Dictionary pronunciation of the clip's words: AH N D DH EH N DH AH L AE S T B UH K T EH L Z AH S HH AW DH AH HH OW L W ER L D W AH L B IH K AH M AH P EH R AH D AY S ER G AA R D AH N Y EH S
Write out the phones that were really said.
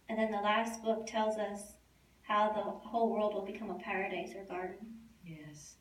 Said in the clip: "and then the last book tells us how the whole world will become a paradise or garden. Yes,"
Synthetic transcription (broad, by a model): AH N DH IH N DH AH L AE S T B UH K T EH L Z AH S HH AW DH AH HH OW L W ER L D W AH L B IH K AH M AH P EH R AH D AY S ER G AA R D N Y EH S